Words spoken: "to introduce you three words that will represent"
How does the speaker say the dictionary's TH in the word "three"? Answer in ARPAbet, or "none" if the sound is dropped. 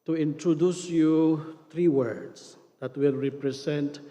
T